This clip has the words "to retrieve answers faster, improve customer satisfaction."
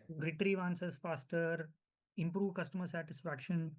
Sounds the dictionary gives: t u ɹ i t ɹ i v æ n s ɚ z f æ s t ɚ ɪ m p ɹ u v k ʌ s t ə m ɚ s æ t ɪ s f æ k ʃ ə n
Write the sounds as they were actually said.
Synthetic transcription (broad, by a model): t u ɹ i t ɹ i v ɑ n s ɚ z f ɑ s t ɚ ɪ m p ɹ u v k ʌ s t ə m ɚ s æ t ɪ s f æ k ʃ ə n